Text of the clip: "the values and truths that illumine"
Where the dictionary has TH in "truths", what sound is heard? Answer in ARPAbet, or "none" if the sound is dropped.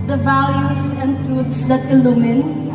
T